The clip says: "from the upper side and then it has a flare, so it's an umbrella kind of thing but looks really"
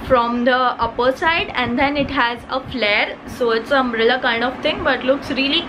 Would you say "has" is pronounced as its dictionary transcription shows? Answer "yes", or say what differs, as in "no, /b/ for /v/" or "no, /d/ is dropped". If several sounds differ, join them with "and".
yes